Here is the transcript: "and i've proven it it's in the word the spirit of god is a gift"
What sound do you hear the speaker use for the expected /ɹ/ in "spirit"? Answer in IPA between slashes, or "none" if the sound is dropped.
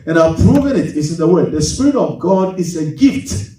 /ɹ/